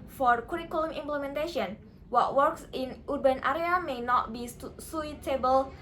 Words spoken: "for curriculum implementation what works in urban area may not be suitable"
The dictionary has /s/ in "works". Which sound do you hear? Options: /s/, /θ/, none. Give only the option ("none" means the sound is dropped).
/s/